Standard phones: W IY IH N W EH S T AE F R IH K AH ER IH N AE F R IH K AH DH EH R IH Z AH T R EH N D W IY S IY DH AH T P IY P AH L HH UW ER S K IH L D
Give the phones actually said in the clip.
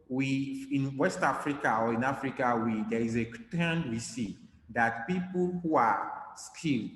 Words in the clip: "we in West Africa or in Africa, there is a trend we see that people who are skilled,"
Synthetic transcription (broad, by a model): W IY IH N W EH S T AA F R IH K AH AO IH N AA F R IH K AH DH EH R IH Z AH T EH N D W IY S IY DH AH T P IY P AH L HH UW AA S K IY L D